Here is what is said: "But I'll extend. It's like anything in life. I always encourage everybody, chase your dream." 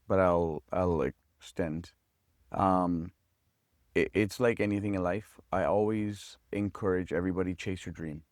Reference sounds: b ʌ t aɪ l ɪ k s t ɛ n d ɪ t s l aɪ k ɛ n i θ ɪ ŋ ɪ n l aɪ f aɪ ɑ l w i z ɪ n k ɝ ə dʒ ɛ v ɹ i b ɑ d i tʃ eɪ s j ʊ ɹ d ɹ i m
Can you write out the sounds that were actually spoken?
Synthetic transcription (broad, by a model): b ʌ t aɪ l ɪ k s t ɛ n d ɪ t s l aɪ k ɛ n i θ ɪ ŋ ɪ n l aɪ f aɪ ɑ l w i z ɪ n k ɝ ə dʒ ɛ v ɹ i b ɑ d i tʃ eɪ s j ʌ ɹ d ɹ i m